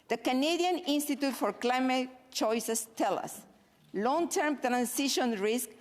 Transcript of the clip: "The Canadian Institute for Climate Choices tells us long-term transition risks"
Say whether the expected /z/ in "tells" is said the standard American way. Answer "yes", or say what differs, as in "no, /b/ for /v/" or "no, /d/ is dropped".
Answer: no, /z/ is dropped